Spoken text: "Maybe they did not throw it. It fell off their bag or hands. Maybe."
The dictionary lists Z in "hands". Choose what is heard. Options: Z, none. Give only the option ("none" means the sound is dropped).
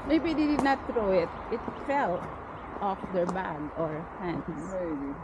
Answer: none